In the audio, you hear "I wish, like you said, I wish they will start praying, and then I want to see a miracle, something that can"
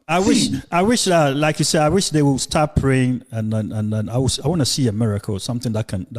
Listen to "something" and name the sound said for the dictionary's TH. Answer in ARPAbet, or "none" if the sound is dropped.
TH